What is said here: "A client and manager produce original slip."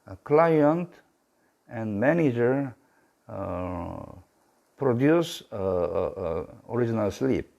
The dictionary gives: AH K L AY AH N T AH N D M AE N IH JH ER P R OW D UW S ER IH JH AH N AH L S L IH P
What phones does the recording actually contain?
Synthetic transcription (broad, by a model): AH K L AY AH N T AH N D M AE N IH JH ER P R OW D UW S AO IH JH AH N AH L S L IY P